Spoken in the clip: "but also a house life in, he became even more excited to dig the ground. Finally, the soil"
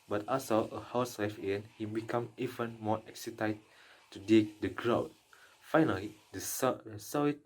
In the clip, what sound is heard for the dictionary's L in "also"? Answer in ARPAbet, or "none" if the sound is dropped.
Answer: none